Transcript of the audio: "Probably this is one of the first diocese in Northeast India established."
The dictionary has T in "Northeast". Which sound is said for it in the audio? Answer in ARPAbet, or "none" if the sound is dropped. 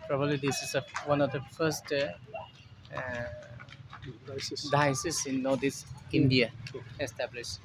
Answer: none